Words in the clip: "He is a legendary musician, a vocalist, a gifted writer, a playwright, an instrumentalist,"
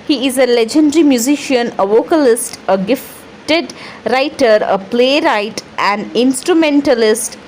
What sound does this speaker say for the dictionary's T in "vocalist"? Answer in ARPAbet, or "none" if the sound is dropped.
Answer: T